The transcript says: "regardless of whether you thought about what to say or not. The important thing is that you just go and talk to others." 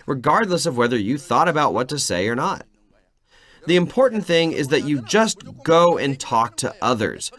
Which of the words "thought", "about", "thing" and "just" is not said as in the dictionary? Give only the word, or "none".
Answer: none